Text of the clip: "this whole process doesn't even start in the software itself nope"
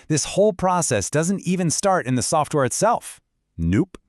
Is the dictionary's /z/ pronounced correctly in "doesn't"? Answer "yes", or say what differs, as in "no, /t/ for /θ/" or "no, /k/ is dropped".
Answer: yes